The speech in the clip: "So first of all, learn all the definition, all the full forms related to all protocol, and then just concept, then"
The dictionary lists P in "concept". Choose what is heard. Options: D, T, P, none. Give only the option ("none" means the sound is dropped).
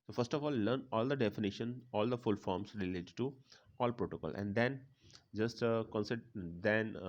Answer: none